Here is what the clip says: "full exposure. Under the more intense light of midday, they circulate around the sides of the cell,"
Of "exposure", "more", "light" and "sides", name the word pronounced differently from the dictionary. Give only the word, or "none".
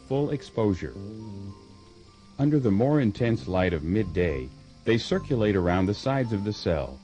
none